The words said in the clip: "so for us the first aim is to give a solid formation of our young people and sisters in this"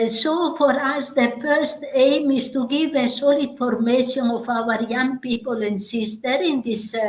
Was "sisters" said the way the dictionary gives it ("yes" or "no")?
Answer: no